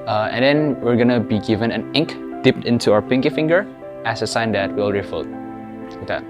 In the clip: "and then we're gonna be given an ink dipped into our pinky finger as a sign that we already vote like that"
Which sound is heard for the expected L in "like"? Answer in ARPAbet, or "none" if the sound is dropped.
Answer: W